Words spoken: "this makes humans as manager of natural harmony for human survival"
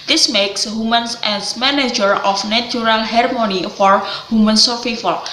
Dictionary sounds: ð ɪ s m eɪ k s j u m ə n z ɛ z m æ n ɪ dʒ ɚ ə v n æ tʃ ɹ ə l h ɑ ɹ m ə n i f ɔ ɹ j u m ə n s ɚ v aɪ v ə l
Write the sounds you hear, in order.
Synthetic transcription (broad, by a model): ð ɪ s m eɪ k s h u m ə n s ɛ s m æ n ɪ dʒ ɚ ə f n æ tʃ ɹ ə l h ɑ ɹ m ə n i f ɔ ɹ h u m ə n s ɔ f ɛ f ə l